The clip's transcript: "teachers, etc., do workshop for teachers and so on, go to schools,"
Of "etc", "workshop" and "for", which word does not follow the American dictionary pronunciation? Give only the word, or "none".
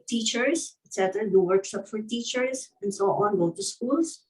workshop